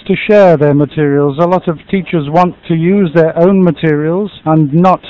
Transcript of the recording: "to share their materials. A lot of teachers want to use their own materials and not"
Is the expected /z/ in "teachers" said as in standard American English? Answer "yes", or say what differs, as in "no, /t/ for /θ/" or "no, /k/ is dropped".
yes